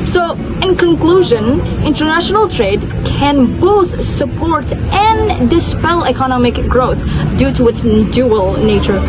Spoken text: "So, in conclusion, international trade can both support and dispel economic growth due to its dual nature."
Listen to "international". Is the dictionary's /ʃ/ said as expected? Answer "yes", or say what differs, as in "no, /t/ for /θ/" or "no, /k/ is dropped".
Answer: yes